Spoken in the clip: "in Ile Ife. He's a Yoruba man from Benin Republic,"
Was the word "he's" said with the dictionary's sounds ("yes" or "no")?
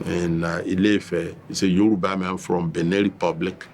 no